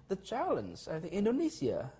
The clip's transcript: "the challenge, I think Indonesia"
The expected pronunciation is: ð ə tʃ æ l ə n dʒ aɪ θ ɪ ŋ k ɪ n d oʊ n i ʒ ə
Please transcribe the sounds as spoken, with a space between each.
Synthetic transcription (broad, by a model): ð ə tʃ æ l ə n z aɪ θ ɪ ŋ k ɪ n d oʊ n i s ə